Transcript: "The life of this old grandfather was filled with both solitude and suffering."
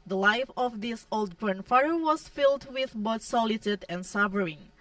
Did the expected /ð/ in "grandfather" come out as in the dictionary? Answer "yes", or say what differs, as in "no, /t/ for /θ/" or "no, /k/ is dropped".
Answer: no, /ð/ is dropped